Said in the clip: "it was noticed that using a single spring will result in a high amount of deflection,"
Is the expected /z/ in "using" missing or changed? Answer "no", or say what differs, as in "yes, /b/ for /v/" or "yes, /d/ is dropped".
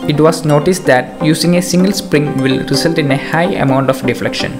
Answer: yes, /s/ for /z/